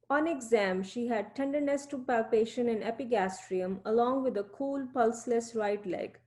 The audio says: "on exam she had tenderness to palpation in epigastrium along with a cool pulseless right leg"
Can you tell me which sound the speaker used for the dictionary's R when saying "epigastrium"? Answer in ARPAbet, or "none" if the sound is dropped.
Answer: R